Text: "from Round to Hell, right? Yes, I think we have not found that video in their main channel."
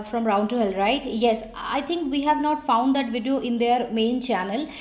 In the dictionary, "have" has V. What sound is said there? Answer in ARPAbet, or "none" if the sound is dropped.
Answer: V